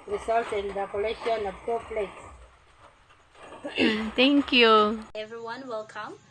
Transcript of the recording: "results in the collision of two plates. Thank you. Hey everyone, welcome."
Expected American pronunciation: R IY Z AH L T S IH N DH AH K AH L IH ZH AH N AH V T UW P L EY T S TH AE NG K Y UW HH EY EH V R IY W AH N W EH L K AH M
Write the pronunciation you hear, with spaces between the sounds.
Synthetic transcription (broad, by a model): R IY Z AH L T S IH N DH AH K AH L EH SH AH N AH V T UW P L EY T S T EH NG K Y UW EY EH V R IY W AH N W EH L K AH M